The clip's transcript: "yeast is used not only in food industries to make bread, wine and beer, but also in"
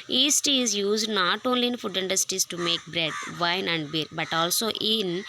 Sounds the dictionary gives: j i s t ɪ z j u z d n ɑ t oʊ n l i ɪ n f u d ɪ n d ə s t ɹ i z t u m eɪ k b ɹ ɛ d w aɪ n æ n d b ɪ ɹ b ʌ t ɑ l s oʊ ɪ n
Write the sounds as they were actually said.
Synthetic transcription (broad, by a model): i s t ɪ z j u z d n ɑ t oʊ n l i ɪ n f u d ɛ n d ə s t i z t u m eɪ k b ɹ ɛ d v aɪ n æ n d b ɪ ɹ b ʌ t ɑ l s oʊ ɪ n